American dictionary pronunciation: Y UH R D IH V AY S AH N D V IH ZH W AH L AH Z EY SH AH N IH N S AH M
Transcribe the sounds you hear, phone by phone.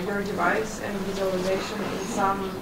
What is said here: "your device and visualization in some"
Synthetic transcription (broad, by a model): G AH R D IH V AY S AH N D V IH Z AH L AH Z EY SH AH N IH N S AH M